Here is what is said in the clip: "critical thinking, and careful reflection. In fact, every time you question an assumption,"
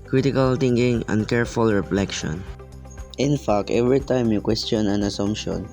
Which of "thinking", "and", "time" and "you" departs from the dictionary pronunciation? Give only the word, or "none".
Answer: thinking